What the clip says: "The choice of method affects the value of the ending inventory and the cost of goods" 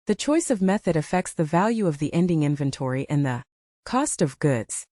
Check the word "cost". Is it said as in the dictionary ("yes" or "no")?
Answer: yes